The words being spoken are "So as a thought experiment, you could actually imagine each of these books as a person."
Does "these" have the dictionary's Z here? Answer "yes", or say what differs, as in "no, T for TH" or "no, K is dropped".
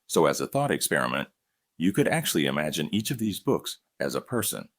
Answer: yes